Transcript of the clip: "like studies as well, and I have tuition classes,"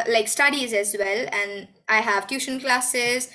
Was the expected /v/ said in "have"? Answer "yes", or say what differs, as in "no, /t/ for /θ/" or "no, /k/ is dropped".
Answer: yes